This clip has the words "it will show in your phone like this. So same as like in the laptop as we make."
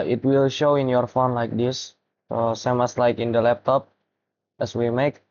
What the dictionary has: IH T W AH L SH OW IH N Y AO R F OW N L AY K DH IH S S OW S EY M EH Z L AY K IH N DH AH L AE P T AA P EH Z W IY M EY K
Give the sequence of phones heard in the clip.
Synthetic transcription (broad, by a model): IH T W AH L SH OW IH N Y AO R F OW N L AY K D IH S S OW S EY M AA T L AY K IH N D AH L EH P T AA P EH S W IY M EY K